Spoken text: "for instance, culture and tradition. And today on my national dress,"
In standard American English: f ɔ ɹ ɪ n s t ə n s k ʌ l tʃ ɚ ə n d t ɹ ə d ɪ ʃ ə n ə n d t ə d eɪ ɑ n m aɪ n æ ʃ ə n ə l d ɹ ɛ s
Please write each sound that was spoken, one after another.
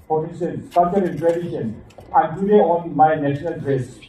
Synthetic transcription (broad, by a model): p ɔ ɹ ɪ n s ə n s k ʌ tʃ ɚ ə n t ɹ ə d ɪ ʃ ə n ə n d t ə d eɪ ɑ n m aɪ n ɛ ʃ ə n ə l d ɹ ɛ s